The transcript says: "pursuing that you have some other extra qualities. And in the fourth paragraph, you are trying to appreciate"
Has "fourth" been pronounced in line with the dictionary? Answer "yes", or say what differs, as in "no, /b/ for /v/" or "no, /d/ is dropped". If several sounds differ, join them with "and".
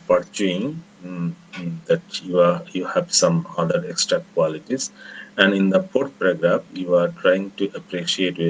no, /p/ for /f/ and /t/ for /θ/